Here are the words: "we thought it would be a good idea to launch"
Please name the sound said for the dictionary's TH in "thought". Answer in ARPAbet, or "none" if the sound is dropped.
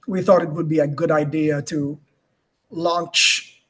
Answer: TH